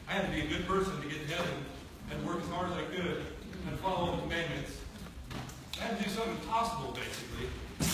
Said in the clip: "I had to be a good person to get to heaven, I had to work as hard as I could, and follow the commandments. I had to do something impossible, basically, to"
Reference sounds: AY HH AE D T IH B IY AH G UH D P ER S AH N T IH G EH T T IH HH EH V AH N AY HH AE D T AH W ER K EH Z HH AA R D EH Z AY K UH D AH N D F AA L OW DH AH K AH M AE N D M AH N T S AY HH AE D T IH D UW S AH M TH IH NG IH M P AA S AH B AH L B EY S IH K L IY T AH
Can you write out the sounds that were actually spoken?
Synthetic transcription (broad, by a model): AY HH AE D T IH B IY AH G UH D P ER S AH N T IH G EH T T IH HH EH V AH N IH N W ER K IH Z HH AA R IH Z AY K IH D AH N F AA L OW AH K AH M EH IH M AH N T S AY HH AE T IH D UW S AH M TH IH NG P AA S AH B L B EY S IH K L IY